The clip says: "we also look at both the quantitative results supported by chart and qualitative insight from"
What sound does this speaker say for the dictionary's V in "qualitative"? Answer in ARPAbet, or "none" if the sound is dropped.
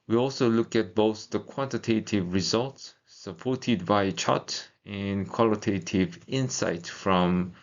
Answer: V